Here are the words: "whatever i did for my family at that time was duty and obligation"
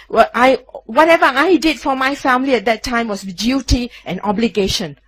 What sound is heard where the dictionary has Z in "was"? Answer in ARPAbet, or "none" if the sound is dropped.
S